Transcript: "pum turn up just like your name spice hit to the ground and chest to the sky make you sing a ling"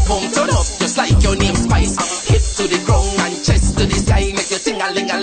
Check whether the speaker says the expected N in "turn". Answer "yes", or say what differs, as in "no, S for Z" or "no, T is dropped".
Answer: no, N is dropped